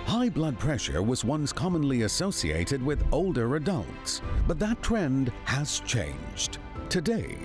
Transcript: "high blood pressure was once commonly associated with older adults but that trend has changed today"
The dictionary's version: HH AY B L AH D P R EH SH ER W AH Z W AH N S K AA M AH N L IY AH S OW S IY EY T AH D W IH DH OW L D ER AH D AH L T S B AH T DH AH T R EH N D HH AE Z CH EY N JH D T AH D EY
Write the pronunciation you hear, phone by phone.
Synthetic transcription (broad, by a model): HH AY B L AH D P R EH SH ER W AH Z W AH N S K AA M AH N L IY AH S OW S IY EY T AH D W IH DH OW L D ER AH D AH L T S B AH T DH AH T R EH N D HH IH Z CH EY N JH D T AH D EY